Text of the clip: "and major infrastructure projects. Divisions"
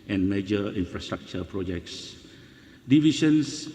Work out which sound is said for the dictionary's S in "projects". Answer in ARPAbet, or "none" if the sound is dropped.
S